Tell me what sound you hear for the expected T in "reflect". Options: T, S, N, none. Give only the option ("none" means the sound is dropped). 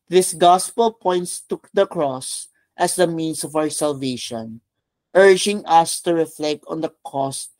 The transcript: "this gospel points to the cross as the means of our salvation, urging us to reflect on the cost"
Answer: T